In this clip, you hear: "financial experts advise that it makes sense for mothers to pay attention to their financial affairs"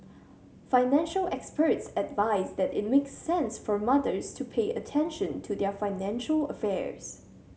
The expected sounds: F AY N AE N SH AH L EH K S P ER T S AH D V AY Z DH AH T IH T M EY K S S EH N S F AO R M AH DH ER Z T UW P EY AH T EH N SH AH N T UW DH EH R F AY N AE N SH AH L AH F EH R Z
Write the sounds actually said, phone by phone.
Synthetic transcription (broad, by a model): F AY N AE N SH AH L EH K S P ER T S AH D V AY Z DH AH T IH T M EY K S S EH N S F AO R M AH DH ER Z T UW P EY AH T EH N SH AH N T UW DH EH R F AY N AE N SH AH L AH F EH R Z